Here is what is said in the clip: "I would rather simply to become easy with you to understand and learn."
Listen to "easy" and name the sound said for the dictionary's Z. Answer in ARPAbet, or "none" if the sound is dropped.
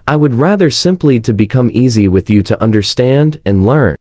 Z